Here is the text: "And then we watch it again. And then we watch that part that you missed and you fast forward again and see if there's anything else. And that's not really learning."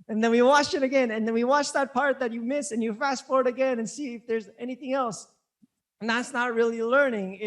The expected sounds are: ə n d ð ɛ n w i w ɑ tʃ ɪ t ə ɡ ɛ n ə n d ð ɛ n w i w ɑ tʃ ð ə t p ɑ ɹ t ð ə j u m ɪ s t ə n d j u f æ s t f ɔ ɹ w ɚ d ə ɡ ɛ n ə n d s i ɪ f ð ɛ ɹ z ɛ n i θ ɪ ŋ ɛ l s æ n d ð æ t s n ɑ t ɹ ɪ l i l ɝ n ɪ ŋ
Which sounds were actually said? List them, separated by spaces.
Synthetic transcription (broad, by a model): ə n ð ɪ n w i w ɑ tʃ ɪ t ə ɡ ɛ n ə n ð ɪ n w i w ɑ tʃ ð ə t p ɑ ɹ t ð ə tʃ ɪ m ɪ s ə n j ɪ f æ s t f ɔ ɹ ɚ d ə ɡ ɛ n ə n s i ɪ f ð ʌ ɹ z ɛ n i θ ɪ ŋ ɛ l s n ð æ t s n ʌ t ɹ ɪ l i l ɝ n ɪ ŋ